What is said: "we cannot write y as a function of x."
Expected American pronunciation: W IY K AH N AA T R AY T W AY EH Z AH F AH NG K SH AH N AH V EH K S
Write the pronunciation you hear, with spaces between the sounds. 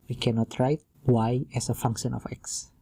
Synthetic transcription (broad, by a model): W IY K AH N AA T R AY T W AY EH S AH F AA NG K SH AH N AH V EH K S